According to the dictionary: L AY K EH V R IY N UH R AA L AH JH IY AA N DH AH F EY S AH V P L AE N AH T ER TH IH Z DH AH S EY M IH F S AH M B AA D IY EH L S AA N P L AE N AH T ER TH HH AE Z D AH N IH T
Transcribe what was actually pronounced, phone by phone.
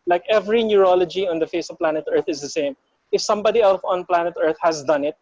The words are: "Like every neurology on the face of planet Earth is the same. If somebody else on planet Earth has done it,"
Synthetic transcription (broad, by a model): L AY K EH V R IY N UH R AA L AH JH IY AA N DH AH F EY S AH V P L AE N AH T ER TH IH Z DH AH S EY M IH F S AH M B AA D IY EH L TH AA N P L AE N AH T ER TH HH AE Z D AH N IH T